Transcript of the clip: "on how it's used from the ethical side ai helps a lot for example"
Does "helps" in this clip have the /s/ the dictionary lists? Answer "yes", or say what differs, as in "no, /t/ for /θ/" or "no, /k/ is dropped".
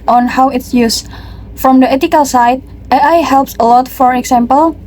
yes